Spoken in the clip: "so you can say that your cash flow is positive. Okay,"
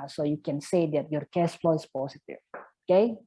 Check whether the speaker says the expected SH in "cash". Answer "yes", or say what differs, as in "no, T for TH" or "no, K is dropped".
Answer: no, S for SH